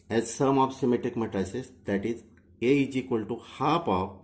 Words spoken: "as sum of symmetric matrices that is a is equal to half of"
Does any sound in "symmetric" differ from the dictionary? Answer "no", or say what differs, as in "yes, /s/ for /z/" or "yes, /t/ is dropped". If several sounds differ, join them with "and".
yes, /ɹ/ is dropped